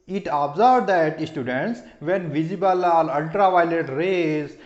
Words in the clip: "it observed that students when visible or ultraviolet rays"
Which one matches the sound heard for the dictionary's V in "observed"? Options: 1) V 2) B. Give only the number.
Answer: 2